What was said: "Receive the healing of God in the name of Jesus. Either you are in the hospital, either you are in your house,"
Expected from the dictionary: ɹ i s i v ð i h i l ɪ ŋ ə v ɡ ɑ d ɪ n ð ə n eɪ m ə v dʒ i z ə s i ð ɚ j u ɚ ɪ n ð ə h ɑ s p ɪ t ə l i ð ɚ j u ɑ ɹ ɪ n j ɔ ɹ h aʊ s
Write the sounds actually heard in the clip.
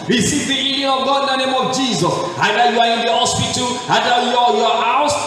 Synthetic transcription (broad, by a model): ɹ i s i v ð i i n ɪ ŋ ə v ɡ ɑ d ɪ n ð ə n eɪ m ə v dʒ i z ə s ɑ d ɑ j u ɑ ɪ n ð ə h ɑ s p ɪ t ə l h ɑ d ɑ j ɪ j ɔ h aʊ s